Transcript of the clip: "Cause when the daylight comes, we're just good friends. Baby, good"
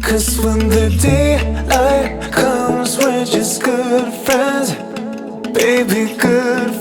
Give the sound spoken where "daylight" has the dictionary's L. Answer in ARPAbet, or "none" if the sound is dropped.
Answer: none